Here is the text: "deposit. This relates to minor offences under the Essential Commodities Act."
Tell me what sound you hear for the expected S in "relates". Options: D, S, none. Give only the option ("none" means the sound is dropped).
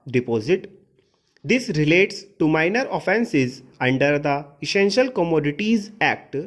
S